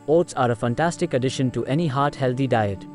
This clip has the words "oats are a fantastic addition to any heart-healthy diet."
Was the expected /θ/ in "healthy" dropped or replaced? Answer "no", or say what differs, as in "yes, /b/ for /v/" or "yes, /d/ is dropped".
yes, /t/ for /θ/